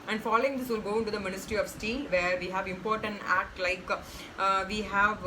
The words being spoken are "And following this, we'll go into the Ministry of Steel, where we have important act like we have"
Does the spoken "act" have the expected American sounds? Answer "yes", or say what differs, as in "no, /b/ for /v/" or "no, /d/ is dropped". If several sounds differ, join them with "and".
yes